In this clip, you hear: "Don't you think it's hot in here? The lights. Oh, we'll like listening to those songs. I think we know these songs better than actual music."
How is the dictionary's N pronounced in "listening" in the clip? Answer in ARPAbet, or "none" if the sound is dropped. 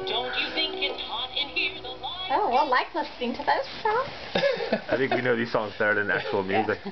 none